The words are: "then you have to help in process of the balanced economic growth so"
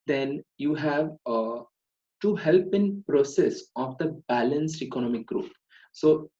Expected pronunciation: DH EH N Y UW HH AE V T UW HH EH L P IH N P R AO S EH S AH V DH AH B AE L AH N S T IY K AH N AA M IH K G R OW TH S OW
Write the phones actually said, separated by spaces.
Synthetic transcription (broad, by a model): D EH N Y UW HH AE V T UW HH EH L P IH N P R AO S EH S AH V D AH B AE L AH N S T IY K AH N AA M IH K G R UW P S OW